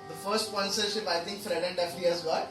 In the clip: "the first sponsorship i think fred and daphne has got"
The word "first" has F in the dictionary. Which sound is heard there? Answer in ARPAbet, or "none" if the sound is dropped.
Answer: F